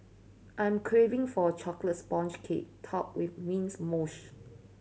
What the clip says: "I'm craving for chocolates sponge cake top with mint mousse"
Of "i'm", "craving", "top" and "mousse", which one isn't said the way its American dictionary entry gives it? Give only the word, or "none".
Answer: mousse